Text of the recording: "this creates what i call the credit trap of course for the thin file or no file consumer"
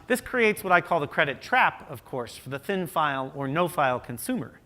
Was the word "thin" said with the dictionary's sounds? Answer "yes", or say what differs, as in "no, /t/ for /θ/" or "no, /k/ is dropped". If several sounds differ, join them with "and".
yes